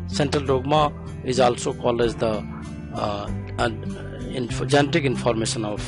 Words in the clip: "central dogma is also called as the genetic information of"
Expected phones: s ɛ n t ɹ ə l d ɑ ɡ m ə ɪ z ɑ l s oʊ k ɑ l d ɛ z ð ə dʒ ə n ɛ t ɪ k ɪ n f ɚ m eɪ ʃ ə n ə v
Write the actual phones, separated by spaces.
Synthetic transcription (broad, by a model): s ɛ n t ɹ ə l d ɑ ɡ m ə ɪ z ɑ l s oʊ k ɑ l ɛ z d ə dʒ ə n ɛ t ɪ k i n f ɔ m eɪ s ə n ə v